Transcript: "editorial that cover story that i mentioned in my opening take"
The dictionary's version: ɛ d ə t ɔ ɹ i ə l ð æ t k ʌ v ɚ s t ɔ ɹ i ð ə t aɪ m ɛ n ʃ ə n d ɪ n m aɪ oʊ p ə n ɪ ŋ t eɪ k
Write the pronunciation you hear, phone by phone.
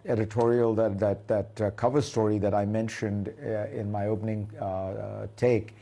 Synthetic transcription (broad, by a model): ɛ d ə t ɔ ɹ i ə l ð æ t k ʌ v ɚ s t ɔ ɹ i ð ə t aɪ m ɛ n ʃ ə n d ɪ n m aɪ oʊ p ə n ɪ ŋ t eɪ k